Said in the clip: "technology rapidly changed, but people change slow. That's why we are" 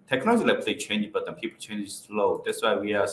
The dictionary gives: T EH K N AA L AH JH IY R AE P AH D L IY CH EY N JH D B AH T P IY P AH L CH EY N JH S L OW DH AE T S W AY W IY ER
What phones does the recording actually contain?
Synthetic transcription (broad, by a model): T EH K N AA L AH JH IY L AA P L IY CH EY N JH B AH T P IY P AH L CH EY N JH S L OW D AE T S W AY W IY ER